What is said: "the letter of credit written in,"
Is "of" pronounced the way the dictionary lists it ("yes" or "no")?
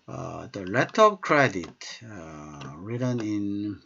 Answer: no